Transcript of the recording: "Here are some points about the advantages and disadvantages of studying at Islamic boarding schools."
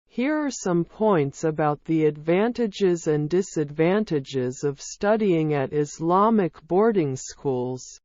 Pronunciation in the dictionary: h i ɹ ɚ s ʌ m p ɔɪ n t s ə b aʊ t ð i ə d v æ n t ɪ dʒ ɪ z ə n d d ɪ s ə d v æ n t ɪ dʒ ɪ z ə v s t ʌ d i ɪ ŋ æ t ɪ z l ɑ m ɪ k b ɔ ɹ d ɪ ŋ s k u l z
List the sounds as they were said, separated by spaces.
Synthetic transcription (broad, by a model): h i ɹ ɚ s ʌ m p ɔɪ n t s ə b aʊ t ð i ə d v æ n t ɪ dʒ ɪ z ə n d d ɪ s ə d v æ n t ɪ dʒ ɪ z ə v s t ʌ d i ɪ ŋ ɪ t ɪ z l ɑ m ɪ k b ɔ ɹ d ɪ ŋ s k u l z